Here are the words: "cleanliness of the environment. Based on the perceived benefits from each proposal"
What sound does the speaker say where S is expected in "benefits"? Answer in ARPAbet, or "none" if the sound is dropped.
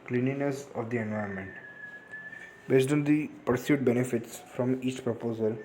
S